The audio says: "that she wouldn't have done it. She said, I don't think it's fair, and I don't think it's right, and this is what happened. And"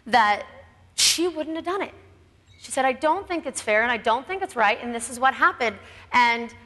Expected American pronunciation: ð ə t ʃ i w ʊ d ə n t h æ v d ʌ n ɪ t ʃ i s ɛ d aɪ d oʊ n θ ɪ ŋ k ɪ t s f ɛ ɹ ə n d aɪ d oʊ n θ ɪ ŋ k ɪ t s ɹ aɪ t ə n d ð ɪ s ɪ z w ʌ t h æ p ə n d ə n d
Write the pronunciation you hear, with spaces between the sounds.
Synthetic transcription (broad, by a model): ð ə t ʃ i w ʊ d n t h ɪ v d ʌ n ɪ t ʃ i s ɛ d aɪ d oʊ n θ ɪ ŋ k ɪ t s f ɛ ɹ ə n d aɪ d oʊ n θ ɪ ŋ k ɪ t s ɹ aɪ t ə n ð ɪ s ɪ z w ʌ t h æ p ə n d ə n